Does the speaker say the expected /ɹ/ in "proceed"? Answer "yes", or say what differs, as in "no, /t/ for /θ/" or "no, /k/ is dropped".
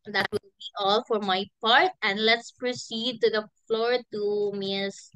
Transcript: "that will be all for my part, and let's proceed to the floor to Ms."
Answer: yes